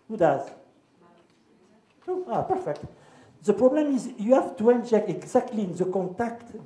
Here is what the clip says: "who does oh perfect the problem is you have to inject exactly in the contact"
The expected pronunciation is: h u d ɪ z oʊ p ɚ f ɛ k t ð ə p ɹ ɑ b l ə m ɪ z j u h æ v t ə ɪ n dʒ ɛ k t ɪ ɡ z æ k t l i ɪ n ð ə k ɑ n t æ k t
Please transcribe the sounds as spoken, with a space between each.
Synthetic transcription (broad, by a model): h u d ɪ z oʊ p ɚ f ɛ k t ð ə p ɹ ɑ b l ə m ɪ z j u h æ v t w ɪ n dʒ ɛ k ɪ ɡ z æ k t l i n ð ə k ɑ t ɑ k t